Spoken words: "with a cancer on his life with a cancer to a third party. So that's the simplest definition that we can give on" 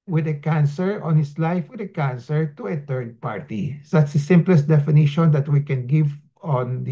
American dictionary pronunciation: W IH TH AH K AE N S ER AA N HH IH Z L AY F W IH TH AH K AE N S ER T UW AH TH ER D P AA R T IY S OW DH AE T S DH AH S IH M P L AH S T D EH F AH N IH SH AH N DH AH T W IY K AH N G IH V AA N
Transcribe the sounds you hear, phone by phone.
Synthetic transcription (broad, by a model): W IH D AH K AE N S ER AA N HH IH S L AY F W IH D AH K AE N S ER T UW AH T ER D P AA R T IY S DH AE T S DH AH S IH M P L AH S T D EH F AH N IH SH AH N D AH T W IY K AH N G IH V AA N